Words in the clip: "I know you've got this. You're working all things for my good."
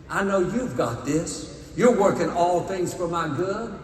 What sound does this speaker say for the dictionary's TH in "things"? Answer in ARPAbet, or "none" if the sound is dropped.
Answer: TH